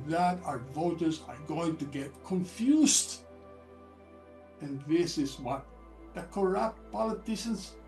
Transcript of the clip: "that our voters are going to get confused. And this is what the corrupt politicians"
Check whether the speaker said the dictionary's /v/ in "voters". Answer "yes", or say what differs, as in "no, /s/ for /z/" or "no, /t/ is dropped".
yes